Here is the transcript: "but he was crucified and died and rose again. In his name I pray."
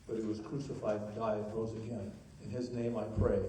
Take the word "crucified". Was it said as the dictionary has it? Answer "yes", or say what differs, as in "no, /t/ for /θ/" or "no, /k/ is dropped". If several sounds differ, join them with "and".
no, /d/ is dropped